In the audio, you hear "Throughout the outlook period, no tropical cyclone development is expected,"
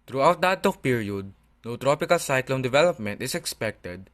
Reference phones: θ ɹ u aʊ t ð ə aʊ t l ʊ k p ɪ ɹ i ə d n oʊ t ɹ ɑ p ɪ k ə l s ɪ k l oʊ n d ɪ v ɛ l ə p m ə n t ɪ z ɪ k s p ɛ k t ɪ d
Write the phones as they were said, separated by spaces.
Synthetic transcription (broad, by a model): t ɹ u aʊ t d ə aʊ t ɔ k p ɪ ɹ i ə d n oʊ t ɹ ɑ p ɪ k ə l s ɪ k l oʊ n d ɪ v ɛ l ə p m ə n t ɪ s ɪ k s p ɛ k t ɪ d